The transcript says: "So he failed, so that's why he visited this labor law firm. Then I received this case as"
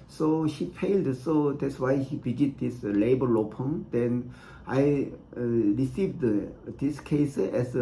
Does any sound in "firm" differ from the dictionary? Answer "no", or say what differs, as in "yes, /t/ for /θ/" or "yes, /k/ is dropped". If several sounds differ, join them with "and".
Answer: yes, /p/ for /f/